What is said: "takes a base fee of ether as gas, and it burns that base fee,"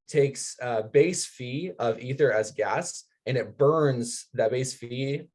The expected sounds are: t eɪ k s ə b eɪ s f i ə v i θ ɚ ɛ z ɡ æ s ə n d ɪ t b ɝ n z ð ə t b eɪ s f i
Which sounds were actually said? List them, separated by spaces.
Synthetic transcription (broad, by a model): t eɪ k s ə b eɪ s f i ə v i θ ɚ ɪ z ɡ æ s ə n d ɪ t b ɝ n z ð ə t b eɪ s f i